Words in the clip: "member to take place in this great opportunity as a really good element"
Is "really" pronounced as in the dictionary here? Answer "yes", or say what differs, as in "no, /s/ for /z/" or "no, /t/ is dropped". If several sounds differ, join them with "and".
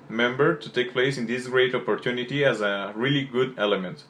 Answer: yes